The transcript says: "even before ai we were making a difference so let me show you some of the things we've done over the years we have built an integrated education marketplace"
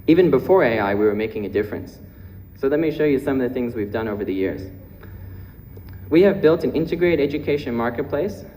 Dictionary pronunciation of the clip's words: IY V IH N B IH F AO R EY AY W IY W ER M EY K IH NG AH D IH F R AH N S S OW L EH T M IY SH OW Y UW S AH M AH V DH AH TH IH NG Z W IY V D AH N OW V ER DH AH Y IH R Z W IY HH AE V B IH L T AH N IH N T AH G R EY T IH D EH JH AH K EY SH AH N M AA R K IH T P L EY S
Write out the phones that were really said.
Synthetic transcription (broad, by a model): IY V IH N B IH F AO R EY AY W IY W ER M EY K IH NG AH D IH F R AH N S S OW L EH T M IY SH OW Y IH S AH M AH V DH AH TH IH NG Z W IY V D AH N OW V ER DH AH Y IH R Z W IY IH V B IH L T AH N IH N T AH G R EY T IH D EH JH AH K EY SH AH N M AA R K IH T P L EY S